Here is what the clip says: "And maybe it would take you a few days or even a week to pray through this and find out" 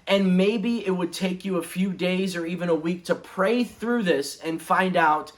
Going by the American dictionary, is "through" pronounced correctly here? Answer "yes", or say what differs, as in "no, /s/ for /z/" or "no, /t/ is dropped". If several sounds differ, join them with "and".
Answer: yes